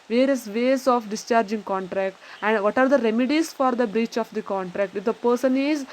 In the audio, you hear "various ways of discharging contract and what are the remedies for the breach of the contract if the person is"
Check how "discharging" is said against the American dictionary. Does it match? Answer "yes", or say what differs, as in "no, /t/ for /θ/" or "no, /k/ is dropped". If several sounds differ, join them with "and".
yes